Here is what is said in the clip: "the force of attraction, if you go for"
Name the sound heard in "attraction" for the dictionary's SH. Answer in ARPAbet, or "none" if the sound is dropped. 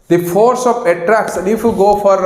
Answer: S